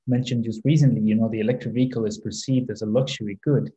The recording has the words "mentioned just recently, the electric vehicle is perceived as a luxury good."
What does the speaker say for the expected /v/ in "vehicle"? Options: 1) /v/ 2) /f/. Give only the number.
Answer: 1